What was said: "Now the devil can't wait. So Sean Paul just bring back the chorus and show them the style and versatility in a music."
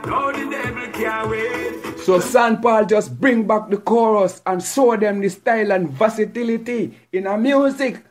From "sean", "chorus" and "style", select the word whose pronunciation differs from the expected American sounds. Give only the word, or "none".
sean